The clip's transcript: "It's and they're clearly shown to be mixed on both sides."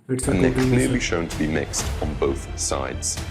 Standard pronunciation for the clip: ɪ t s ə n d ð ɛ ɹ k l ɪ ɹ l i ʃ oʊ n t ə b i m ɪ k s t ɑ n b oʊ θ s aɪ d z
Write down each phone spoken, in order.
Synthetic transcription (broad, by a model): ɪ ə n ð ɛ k k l ɪ l l i ʃ oʊ n t ə b i m ɪ k s t n b oʊ θ s aɪ d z